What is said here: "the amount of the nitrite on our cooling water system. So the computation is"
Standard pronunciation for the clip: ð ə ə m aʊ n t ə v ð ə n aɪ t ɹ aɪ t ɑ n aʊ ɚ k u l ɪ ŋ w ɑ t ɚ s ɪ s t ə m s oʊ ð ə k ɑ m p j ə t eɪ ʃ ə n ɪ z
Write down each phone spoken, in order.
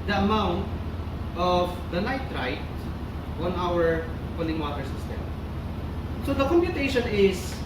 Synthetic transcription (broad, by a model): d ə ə m aʊ n t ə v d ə l aɪ t ɹ aɪ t ɑ n aʊ ɚ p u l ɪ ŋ w ɑ t ɚ s ɪ s t ə m s oʊ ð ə k ɑ m p j ə t eɪ ʃ ə n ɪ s